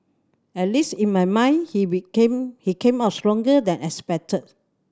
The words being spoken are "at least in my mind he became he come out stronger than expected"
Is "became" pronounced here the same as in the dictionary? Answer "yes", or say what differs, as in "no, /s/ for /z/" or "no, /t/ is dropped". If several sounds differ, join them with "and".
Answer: no, /k/ is dropped